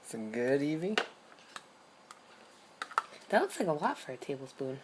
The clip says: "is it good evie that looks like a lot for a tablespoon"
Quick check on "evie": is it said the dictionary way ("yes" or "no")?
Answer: yes